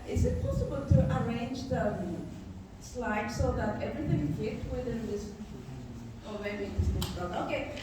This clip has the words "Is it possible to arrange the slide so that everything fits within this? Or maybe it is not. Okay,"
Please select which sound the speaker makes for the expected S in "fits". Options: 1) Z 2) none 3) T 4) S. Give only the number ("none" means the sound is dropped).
2